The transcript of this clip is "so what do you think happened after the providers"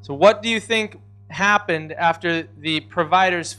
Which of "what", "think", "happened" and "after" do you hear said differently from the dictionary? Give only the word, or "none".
none